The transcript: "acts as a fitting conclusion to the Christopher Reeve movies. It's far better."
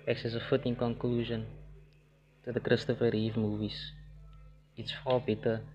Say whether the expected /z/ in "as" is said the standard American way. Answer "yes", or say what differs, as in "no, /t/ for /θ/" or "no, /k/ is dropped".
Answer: no, /s/ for /z/